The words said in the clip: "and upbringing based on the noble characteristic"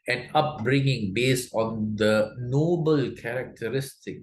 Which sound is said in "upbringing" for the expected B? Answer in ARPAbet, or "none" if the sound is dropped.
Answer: B